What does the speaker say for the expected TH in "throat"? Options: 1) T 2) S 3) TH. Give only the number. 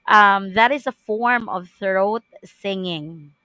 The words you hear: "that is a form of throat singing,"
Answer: 3